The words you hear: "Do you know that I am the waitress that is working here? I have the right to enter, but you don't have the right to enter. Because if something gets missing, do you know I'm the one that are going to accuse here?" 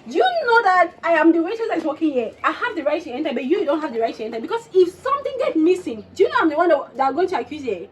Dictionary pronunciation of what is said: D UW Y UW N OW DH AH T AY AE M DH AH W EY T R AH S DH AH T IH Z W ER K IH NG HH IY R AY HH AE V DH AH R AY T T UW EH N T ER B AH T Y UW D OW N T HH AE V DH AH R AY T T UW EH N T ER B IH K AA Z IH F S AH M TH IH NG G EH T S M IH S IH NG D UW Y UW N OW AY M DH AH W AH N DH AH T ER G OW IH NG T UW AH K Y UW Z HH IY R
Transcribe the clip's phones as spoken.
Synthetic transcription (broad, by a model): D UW Y UW N OW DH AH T AY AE M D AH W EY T AH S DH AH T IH K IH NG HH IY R AY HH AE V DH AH R AY T T UW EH N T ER B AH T Y UW D OW N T HH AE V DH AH R AY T T UW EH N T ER B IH K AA S IH F S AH M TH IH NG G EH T M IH S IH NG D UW Y UW N OW AY M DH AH W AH N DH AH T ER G OW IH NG T UW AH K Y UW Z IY